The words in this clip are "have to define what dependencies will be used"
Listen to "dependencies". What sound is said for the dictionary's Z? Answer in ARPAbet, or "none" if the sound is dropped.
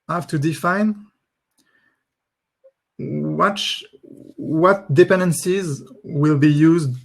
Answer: Z